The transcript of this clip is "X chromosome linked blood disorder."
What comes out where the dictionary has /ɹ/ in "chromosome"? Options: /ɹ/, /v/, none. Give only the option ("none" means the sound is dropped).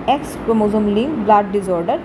none